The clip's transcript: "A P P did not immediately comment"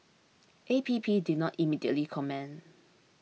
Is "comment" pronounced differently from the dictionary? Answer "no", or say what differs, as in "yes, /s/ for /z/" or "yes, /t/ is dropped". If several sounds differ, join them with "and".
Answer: yes, /t/ is dropped